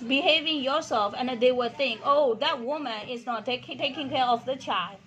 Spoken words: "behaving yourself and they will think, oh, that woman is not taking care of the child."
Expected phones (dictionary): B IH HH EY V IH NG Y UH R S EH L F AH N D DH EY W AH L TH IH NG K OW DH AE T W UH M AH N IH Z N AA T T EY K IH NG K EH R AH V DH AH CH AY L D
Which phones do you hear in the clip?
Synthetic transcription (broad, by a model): B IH HH EY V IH NG Y UH R S EH L F AH N D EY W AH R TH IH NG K OW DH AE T W UH M AH N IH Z N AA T T EY K IH NG K EH R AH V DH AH CH AY L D